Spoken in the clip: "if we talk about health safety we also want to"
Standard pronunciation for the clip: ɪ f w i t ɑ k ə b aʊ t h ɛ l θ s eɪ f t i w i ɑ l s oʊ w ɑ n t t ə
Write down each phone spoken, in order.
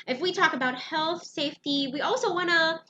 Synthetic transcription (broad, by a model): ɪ f w i t ɑ k ə b aʊ t h ɛ l θ s eɪ f t i w i ɑ l s oʊ w ɑ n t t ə